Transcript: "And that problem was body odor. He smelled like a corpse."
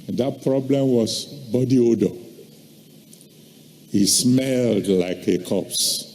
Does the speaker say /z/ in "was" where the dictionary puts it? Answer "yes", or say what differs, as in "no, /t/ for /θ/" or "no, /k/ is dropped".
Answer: no, /s/ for /z/